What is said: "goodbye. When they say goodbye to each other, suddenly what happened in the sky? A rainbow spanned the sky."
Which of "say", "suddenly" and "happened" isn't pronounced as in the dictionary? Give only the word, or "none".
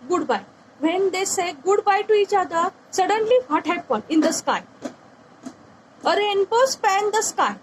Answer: happened